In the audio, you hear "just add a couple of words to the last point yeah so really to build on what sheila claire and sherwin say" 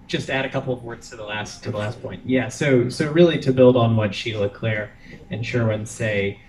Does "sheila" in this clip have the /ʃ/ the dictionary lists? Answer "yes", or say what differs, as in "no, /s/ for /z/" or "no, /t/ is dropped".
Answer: yes